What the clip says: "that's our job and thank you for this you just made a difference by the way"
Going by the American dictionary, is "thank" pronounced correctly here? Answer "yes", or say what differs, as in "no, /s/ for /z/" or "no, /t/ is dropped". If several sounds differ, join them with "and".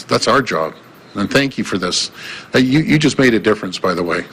yes